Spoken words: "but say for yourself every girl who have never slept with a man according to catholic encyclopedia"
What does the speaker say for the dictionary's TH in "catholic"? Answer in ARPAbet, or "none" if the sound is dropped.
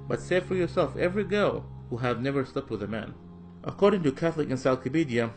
TH